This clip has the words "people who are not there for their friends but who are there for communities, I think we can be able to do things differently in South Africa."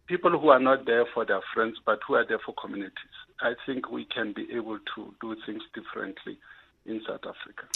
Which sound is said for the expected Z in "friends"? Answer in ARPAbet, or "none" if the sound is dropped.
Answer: S